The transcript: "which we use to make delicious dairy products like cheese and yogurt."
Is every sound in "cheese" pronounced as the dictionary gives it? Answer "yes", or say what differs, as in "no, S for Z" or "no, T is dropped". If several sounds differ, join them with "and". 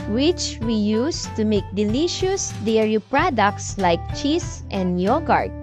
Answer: no, S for Z